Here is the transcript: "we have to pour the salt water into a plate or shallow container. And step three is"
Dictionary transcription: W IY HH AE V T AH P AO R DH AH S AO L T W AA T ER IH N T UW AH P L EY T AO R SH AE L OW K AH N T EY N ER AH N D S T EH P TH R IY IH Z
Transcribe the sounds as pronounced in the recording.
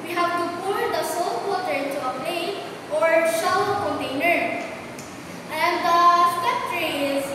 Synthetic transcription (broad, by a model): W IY HH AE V T AH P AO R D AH S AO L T W AA T ER IH N T UW AH P L EY T AO R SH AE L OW K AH N T EY N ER AH N D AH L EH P T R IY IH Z